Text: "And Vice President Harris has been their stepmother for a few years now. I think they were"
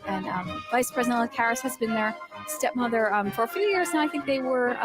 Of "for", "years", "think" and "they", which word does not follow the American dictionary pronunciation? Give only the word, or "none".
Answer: none